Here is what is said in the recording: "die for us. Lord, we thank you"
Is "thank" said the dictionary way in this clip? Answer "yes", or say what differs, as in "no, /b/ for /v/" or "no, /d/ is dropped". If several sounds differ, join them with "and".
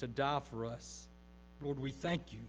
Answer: yes